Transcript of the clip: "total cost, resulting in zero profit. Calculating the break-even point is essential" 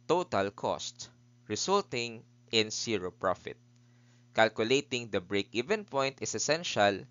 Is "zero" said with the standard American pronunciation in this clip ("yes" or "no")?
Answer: no